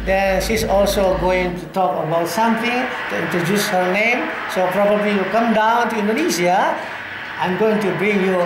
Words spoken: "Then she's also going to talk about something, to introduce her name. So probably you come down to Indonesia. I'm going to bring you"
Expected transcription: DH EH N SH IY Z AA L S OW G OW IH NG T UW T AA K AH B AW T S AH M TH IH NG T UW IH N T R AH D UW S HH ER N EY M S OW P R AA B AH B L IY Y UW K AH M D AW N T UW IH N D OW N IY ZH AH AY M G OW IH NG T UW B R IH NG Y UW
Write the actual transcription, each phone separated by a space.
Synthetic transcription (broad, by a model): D EH N SH IY S AA L S OW G OW IH NG T UW T AA K AH B AW T S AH M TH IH NG T UW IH N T R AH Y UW S HH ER N EY M S OW P R AA B AH B L IY Y UW K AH M D AW N T UW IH N D OW N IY S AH AY M G OW IH NG T UW B R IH NG Y UW